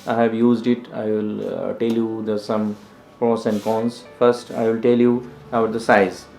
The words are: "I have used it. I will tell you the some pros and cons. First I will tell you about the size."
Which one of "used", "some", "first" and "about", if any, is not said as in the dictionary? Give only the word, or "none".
about